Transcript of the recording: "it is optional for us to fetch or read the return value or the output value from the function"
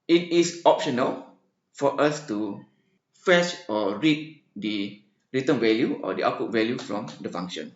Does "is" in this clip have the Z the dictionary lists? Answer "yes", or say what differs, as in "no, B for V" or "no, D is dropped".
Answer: no, S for Z